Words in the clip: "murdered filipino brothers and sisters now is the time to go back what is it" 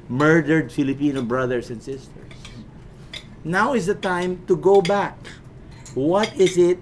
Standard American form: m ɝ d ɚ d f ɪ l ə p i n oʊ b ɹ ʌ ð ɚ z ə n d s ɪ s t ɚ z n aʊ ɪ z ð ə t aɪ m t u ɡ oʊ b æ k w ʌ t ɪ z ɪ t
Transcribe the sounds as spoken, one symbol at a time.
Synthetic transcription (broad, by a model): m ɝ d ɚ d f ɪ l ə p i n oʊ b ɹ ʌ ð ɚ s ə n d s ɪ s t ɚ s n aʊ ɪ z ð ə t aɪ m t u ɡ oʊ b æ k w ʌ t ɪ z ɪ t